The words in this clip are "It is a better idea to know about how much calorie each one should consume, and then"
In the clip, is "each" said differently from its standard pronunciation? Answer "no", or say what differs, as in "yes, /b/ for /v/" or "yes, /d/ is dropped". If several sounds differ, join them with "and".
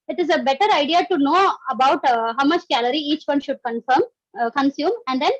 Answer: no